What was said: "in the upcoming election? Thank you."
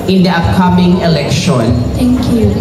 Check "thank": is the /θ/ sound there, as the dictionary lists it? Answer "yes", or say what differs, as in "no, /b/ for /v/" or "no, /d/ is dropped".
no, /t/ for /θ/